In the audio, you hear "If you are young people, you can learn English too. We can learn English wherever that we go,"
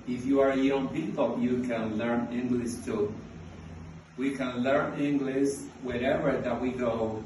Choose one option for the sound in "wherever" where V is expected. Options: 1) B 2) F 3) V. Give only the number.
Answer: 3